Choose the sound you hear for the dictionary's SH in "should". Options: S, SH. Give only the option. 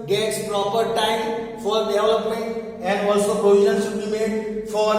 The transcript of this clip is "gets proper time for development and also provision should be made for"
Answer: S